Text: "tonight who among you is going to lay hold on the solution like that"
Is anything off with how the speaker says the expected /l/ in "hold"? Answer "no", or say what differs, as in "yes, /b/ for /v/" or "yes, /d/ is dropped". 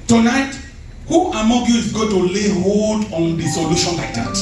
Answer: yes, /l/ is dropped